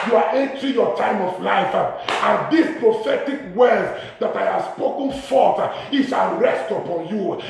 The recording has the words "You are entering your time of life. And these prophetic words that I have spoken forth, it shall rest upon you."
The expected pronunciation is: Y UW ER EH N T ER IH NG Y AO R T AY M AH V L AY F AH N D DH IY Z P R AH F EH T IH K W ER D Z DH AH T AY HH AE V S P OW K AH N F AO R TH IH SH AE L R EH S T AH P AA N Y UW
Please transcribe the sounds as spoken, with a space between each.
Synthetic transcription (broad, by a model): Y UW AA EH N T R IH Y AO T AY M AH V L AY F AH N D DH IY S P R AH F EH T IH K W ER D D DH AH T AY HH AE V S P OW K AH N F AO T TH IH S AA N R EH S T AH P AA N Y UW